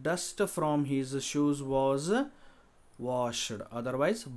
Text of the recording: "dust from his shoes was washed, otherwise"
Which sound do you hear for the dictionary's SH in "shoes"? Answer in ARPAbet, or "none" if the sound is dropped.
SH